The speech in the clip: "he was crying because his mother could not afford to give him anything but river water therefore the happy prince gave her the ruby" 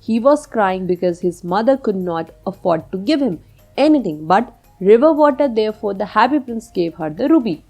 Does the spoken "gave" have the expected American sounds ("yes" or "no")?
yes